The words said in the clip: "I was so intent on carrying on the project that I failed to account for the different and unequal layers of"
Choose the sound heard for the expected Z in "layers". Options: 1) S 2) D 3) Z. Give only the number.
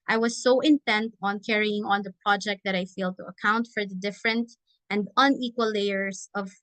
1